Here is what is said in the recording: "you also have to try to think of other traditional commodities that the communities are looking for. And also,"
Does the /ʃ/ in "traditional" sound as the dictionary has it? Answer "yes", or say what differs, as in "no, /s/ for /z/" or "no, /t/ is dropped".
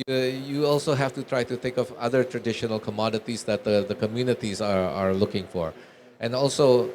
yes